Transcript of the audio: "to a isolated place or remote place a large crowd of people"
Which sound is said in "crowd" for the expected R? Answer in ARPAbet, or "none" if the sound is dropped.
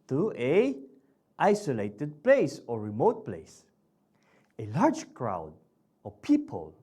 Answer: R